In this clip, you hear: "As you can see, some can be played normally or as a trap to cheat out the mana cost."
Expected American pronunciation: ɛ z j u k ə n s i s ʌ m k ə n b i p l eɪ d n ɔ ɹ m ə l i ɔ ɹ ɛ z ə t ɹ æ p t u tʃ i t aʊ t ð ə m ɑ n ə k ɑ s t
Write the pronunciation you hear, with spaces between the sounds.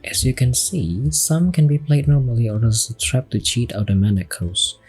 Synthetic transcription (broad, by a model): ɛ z j u k ə n s i s ʌ m k ə n b i p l eɪ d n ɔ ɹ m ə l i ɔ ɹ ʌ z ə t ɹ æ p t u tʃ i t aʊ t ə m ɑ n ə k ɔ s